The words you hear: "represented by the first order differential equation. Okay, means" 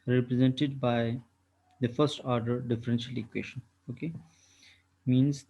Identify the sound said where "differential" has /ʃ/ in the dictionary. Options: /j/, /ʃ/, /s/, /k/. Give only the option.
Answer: /ʃ/